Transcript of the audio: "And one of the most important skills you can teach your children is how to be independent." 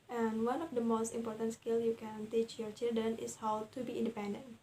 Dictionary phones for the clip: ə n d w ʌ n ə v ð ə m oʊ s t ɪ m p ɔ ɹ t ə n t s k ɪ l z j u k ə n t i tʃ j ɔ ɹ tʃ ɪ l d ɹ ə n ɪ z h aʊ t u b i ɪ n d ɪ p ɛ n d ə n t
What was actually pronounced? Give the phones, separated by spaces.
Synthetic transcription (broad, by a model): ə n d w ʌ n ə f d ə m oʊ s t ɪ m p ɔ ɹ t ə n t s k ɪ l j u k ə n t i tʃ j ɔ ɹ tʃ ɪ l d ɹ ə n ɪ s h aʊ t u b i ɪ n d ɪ p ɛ n d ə n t